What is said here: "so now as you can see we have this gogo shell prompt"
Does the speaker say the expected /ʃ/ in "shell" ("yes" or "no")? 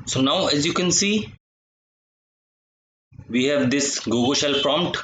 yes